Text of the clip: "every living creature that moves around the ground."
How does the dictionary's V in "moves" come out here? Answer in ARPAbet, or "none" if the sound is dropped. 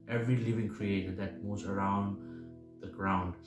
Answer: none